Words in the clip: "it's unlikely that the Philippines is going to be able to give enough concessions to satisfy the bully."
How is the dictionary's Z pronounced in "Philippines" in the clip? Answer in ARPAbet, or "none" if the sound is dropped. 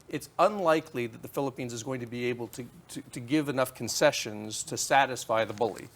Z